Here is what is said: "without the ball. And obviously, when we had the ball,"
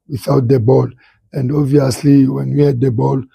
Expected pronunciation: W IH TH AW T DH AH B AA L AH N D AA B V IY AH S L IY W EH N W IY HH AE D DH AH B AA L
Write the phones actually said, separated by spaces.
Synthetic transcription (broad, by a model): W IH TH AW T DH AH B AA L AH N D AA V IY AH S L IY W EH N W IY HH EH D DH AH B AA L